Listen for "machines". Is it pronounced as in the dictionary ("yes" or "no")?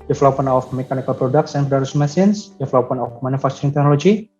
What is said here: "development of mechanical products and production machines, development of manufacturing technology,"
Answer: no